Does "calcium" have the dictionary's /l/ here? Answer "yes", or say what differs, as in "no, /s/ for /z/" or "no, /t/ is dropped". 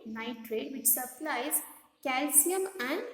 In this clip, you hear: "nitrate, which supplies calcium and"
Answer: yes